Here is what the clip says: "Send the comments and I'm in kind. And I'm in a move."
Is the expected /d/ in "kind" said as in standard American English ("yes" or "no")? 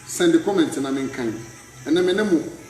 no